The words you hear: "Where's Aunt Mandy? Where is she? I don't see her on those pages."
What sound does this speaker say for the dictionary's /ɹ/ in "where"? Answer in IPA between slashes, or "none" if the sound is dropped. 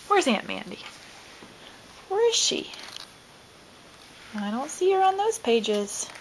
/ɹ/